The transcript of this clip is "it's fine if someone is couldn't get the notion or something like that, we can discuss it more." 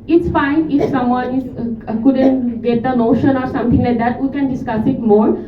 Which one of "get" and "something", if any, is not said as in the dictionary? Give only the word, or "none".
something